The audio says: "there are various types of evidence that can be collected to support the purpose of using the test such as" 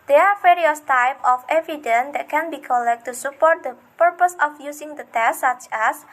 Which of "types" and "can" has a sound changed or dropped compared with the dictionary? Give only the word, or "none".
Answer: types